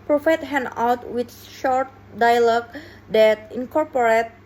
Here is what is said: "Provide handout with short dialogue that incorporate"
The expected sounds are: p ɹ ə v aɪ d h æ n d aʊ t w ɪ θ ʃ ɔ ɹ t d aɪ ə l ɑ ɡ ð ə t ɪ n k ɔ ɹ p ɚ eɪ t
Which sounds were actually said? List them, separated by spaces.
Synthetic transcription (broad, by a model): p ɹ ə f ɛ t h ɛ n aʊ t w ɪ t ʃ ɔ ɹ t d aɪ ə l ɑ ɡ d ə t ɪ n k ɔ ɹ p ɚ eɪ t